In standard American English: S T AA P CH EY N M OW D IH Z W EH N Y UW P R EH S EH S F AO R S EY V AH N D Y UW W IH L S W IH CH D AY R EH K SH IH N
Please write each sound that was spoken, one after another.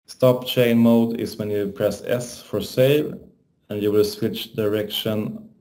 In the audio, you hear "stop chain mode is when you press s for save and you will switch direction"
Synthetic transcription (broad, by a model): S T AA P CH EY N M OW D IH S W EH N Y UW P R EH S EH S F AO R S EY V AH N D Y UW W IH L S W IH CH D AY R EH K SH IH N